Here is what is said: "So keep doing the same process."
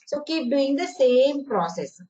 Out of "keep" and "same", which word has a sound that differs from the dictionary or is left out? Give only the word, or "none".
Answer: keep